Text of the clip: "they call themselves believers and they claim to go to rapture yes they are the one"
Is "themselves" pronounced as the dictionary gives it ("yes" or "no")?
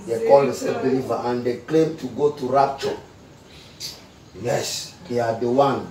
no